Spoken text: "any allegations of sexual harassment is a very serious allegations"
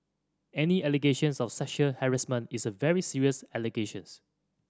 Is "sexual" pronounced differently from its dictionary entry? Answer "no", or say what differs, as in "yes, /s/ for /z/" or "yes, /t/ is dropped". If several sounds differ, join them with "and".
yes, /k/ is dropped